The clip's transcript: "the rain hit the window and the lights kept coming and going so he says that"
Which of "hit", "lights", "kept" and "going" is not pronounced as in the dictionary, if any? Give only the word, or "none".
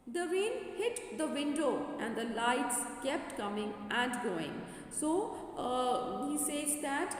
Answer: none